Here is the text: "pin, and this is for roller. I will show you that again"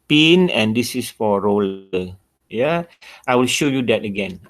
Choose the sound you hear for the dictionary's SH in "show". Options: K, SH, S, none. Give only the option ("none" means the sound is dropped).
SH